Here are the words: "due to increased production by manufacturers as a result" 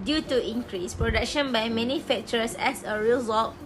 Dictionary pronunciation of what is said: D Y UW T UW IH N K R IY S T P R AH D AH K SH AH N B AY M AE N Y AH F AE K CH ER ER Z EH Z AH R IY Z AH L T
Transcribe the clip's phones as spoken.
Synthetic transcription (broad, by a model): D Y UW T UW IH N K R IY S P R AH D AH K SH AH N B AY M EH N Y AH F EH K CH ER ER S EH S AH R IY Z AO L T